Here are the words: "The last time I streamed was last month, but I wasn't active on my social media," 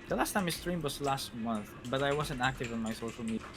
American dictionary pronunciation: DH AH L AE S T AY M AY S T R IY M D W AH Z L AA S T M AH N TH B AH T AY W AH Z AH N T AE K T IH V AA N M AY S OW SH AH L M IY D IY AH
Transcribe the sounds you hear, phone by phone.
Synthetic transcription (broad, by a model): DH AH L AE S T AY M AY S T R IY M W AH S L AA S T M AH N TH B AH T AY W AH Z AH N T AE K T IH V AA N M AY S OW SH AH L M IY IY